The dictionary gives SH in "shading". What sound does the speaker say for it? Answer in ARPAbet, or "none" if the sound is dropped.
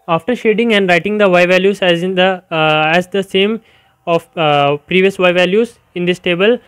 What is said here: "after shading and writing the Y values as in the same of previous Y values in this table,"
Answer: SH